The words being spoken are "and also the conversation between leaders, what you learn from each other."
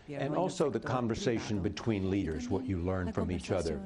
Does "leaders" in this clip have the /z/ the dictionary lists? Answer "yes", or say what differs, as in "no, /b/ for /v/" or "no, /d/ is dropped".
yes